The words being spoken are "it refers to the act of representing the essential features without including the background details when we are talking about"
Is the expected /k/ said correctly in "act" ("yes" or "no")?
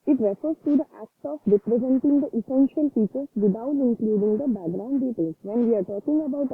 yes